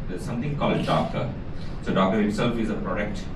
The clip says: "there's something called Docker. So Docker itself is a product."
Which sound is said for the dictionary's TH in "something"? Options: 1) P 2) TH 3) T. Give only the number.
3